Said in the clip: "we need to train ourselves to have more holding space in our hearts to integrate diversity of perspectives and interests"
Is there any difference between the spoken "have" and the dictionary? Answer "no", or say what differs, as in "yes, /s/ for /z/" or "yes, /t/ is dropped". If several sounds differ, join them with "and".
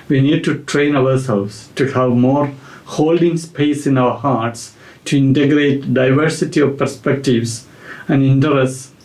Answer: no